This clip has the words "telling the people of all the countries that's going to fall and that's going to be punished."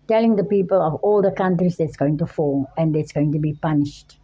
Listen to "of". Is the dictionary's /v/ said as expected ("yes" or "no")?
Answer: yes